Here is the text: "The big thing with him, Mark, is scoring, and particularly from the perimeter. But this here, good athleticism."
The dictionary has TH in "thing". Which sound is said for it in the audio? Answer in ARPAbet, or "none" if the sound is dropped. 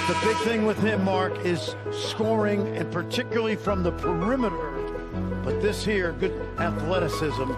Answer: TH